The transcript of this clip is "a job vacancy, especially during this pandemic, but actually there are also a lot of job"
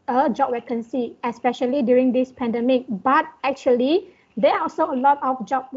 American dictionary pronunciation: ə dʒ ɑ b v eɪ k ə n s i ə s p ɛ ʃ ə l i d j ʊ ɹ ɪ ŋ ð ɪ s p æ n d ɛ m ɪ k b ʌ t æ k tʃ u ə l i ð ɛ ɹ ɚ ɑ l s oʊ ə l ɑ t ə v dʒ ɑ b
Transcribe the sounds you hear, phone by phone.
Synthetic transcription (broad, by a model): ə dʒ ɑ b w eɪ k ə n s i ə s p ɛ ʃ ə l i d j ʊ ɹ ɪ ŋ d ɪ s p æ n d ɛ m ɪ k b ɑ t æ k tʃ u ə l i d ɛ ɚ ɑ l s oʊ ə l ɑ t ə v dʒ ɑ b